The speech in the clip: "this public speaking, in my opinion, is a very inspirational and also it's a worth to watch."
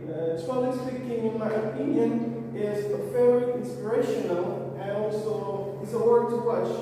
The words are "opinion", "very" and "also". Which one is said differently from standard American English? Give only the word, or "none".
very